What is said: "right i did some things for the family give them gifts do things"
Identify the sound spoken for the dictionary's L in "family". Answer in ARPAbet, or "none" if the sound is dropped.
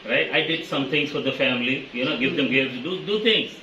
N